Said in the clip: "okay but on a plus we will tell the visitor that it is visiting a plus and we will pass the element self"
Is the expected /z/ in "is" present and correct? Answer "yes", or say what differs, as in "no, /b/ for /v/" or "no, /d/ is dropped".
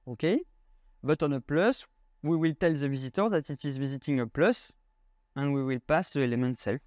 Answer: yes